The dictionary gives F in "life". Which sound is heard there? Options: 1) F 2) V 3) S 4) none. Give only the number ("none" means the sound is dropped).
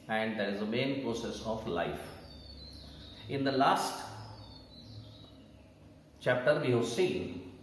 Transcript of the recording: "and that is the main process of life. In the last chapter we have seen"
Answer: 1